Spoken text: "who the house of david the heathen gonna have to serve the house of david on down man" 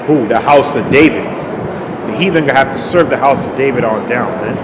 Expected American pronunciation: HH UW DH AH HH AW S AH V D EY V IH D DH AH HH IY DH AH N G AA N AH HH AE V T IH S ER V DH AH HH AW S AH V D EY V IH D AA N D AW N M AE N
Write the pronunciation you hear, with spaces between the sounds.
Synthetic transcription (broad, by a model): HH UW DH AH HH AW S AH V D EY V IH D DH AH HH IY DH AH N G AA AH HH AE F T IH S ER V DH AH HH AW S AH V D EY V IH D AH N D AW N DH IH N